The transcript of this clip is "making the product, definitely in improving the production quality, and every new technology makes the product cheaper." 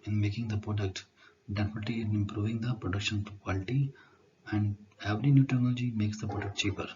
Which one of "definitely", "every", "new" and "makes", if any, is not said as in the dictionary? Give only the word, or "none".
definitely